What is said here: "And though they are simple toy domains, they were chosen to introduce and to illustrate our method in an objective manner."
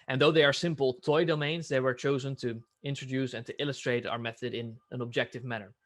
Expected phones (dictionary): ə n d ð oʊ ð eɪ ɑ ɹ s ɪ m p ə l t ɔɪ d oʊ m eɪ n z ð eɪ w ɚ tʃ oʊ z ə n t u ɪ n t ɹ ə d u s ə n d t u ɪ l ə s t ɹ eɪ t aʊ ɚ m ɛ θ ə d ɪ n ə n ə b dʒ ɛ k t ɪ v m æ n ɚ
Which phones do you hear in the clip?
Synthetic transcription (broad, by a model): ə n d ð oʊ ð eɪ ɑ ɹ s ɪ m p ə l t ɔɪ d oʊ m eɪ n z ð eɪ w ɚ tʃ oʊ z ə n t u ɪ n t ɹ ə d u s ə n t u ɪ l ə s t ɹ eɪ t aʊ ɚ m ɛ θ ə d ɪ n ə n ə b dʒ ɛ k t ɪ v m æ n ɚ